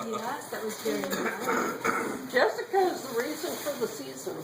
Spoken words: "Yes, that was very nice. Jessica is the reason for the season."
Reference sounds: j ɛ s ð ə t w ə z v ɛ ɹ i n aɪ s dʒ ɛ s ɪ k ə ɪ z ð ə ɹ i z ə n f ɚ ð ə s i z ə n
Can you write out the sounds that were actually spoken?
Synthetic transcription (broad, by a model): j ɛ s ð ə t w ə z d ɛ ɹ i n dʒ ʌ s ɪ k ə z ð ə ɹ i z ə n f ɚ ð ə s i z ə n